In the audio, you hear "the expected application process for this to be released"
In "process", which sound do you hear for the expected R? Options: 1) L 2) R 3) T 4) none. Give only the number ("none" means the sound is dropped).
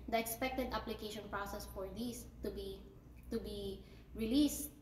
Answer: 2